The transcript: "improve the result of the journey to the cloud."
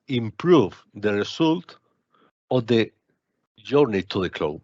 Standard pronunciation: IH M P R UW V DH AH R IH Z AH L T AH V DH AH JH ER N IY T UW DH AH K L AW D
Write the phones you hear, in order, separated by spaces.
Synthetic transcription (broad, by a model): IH M P R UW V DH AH R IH S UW L T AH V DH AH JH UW N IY T UW DH AH K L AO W